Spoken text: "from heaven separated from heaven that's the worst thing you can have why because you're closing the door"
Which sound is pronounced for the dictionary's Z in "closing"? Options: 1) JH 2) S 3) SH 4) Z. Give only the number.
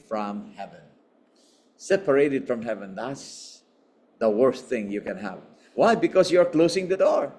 2